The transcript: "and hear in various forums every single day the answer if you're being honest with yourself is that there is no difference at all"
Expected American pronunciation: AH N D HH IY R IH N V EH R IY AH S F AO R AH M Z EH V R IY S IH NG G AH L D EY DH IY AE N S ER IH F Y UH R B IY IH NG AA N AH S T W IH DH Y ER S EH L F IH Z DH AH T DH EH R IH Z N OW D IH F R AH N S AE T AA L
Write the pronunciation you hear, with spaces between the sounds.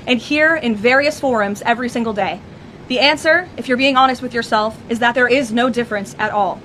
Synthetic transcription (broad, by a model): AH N HH IY R IH N V EH R IY AH S F AO R AH M Z EH V R IY S IH NG G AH L D EY DH IY AE N S ER IH F Y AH R B IY IH NG AA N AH S T W IH DH Y ER S EH L F IH Z DH AH T DH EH R IH Z N OW D IH F R AH N S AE T AA L